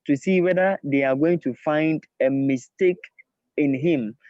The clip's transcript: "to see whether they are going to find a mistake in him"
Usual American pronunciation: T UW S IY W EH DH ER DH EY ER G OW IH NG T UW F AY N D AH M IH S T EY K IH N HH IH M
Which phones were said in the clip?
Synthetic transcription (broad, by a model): T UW S IY W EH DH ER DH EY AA G OW IH NG T UW F AY N D AH M IH S T EY K IH N HH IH M